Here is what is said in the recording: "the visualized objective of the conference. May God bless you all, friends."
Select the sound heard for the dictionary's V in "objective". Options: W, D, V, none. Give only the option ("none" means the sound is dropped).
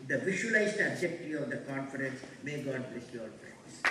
none